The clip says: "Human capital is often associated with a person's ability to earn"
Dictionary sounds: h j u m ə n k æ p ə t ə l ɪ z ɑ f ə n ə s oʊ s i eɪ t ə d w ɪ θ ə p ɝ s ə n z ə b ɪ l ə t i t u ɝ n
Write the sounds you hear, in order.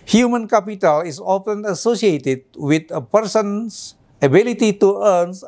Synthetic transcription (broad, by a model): h j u m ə n k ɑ p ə t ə l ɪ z ɑ f ə n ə s oʊ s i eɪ t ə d w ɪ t ə p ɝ s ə n s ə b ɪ l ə t i t u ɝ n